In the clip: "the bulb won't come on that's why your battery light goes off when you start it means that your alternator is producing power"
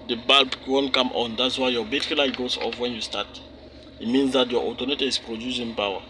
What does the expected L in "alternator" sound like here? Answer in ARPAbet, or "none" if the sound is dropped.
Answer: none